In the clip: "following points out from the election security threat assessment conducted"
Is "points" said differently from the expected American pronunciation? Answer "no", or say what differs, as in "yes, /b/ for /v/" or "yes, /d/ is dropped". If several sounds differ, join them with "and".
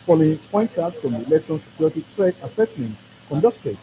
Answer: yes, /s/ is dropped